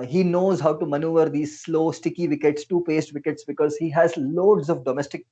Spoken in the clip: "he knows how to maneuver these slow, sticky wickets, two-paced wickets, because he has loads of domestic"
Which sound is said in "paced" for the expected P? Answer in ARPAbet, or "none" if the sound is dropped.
P